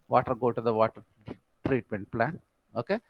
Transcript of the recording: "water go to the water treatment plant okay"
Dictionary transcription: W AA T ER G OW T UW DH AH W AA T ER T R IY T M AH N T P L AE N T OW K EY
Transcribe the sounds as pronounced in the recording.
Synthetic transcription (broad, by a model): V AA T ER G OW T UW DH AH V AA T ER T R IY T M AH N T P L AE N OW K EY